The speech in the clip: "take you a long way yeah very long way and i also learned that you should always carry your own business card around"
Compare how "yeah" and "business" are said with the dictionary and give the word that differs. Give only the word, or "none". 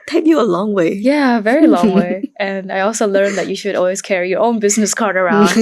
none